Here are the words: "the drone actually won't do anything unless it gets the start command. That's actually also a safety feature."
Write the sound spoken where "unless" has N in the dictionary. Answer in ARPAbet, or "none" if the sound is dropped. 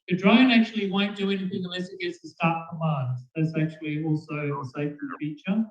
none